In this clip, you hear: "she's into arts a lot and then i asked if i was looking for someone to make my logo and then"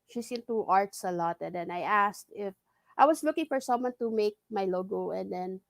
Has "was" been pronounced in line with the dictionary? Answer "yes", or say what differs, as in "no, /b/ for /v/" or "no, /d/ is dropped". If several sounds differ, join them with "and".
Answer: no, /s/ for /z/